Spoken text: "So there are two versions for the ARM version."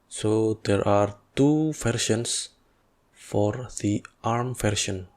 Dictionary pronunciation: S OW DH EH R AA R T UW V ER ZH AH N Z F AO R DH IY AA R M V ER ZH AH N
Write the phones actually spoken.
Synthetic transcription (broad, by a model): S OW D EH R AA R T UW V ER SH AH N S F AO R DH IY AA R M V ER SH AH N